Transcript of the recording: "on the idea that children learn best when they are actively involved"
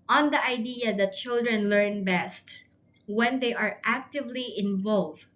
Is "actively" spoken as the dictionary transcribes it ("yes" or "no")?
yes